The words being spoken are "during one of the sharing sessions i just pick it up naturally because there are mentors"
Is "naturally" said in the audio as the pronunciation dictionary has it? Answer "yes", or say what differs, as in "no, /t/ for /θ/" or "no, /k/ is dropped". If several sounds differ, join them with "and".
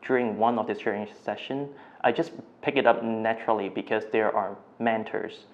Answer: yes